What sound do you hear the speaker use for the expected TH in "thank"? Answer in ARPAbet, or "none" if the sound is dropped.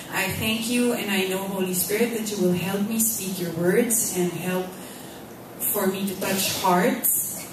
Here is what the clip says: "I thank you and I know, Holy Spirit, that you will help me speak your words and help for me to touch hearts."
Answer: TH